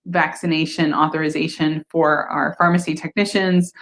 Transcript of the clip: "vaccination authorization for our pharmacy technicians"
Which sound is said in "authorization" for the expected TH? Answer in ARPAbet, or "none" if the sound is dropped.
TH